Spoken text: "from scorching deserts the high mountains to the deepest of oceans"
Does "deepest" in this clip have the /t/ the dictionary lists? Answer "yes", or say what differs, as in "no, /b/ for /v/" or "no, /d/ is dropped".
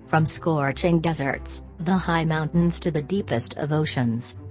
yes